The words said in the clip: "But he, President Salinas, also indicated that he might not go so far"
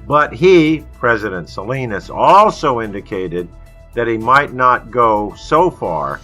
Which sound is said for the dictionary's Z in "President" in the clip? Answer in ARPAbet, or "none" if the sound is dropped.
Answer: Z